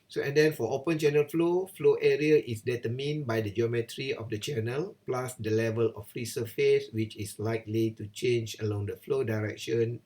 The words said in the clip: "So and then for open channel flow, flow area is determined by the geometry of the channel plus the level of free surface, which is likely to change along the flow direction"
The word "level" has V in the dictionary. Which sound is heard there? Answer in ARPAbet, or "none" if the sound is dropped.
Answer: V